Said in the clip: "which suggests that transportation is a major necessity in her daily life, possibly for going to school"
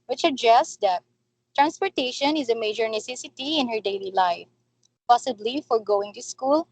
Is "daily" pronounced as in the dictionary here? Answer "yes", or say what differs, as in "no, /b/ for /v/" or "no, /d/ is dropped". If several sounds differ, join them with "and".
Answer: yes